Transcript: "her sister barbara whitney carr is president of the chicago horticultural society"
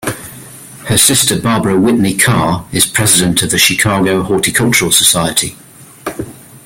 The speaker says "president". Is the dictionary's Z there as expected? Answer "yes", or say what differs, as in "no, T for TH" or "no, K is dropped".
yes